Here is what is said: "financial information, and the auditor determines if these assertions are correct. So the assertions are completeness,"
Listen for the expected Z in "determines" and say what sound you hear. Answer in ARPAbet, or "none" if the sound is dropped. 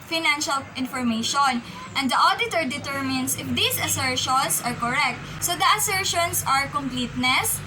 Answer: S